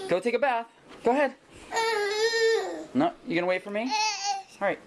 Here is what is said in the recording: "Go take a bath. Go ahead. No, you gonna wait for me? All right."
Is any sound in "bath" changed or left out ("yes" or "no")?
no